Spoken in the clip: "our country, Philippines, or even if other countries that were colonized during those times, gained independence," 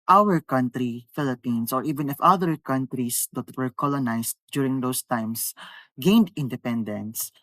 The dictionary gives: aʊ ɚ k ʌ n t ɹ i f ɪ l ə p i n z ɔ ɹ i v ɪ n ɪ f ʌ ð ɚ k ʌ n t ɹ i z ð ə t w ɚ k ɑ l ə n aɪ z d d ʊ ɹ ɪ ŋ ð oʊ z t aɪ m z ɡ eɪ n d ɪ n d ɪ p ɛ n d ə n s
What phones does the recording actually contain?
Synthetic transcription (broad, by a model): aʊ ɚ k ʌ n t ɹ i f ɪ l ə p i n s ɔ ɹ i v ɪ n ɪ f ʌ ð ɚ k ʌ n t ɹ i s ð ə t w ɚ k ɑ l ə n aɪ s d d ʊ ɹ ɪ ŋ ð oʊ s t aɪ m s ɡ eɪ n d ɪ n d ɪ p ɛ n d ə n s